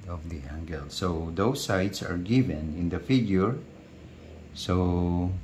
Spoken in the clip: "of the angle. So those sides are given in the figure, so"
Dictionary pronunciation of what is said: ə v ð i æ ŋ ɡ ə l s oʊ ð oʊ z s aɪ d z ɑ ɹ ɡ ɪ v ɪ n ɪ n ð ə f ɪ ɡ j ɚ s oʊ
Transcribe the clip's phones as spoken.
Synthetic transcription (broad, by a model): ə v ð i æ ŋ ɡ ə l s oʊ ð oʊ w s aɪ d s ɑ ɹ ɡ ɪ v ɪ n ɪ n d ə f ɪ ɡ j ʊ s oʊ